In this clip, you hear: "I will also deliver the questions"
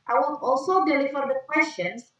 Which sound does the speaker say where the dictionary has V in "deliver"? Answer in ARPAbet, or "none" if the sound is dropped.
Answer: F